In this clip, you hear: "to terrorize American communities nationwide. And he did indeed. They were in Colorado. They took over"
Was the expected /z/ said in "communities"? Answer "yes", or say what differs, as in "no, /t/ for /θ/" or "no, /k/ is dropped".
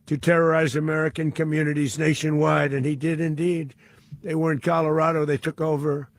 yes